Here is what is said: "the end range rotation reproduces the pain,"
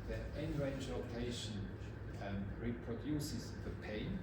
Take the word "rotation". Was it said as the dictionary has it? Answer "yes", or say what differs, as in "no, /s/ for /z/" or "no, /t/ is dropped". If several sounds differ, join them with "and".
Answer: no, /l/ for /ɹ/